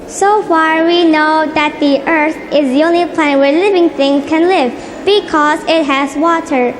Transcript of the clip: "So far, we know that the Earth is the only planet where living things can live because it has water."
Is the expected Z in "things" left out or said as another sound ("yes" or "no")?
yes